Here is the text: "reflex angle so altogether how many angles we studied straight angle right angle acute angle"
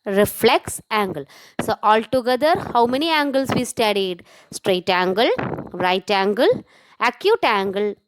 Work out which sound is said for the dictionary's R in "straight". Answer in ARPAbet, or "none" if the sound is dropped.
R